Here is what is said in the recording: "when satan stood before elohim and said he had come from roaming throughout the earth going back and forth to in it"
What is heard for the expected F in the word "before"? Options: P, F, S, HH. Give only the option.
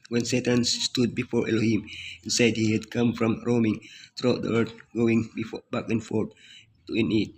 F